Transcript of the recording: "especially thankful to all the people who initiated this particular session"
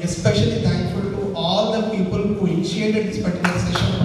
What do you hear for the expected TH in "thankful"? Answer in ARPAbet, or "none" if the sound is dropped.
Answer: T